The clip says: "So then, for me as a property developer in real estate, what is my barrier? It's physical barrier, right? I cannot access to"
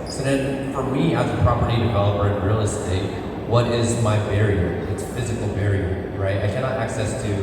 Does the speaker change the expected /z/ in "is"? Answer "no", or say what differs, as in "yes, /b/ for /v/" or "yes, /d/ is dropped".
no